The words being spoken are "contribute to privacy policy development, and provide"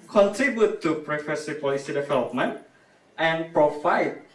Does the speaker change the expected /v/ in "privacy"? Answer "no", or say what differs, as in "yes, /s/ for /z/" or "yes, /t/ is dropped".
yes, /f/ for /v/